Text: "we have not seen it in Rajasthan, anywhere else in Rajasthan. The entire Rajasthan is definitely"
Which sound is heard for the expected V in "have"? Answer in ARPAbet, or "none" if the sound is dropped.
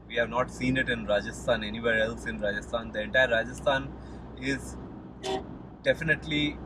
V